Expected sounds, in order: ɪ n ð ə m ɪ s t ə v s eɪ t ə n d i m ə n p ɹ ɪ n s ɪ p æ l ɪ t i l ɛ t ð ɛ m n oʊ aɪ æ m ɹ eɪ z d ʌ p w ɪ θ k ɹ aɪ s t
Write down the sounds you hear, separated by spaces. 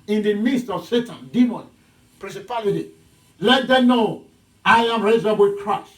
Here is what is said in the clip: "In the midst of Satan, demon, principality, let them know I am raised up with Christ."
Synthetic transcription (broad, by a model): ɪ n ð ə m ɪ s t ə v s eɪ t ə n d i m ə n p ɹ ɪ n s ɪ p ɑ l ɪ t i l ɛ t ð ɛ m n oʊ aɪ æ m ɹ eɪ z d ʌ b w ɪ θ k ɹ aɪ s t